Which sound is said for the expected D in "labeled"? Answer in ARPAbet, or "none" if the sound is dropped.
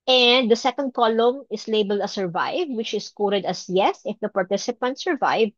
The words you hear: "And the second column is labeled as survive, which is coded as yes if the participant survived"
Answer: D